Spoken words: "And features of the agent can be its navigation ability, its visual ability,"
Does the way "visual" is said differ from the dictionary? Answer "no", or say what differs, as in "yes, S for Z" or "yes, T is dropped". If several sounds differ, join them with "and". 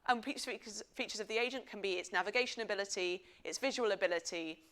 no